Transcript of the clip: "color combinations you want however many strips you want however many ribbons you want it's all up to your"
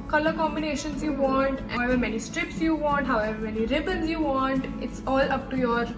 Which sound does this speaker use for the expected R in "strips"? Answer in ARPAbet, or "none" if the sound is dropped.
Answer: R